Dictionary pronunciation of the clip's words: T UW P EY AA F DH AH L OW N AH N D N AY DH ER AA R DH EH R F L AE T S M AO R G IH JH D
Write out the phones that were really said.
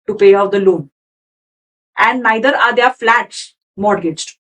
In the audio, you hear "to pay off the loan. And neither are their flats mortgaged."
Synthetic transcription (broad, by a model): T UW P EY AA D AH L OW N AH N D N AY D ER AA R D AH R F L AE T S M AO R G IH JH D